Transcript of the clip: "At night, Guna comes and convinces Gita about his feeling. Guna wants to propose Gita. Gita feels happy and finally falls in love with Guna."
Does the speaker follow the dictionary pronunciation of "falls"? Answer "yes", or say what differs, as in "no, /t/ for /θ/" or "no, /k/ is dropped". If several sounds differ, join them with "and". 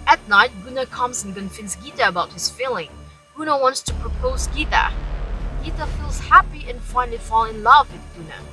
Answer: no, /z/ is dropped